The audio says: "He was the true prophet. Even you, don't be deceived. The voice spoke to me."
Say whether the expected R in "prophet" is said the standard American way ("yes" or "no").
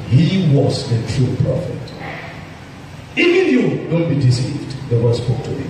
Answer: no